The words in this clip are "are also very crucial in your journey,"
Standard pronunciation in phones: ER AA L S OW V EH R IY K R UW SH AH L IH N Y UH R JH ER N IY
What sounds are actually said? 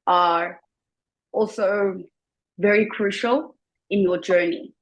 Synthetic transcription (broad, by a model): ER AA L S OW V EH R IY K R UW SH AH L IH N Y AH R JH ER N IY